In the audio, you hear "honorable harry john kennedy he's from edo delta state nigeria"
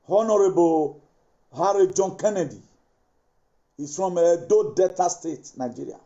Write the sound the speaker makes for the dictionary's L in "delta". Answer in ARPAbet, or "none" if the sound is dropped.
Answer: none